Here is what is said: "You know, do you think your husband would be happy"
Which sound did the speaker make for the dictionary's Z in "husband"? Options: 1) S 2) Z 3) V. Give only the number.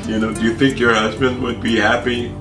2